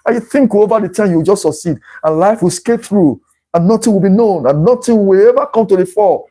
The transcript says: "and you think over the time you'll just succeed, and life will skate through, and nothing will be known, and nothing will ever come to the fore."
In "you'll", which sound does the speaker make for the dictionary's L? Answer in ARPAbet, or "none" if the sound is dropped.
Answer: W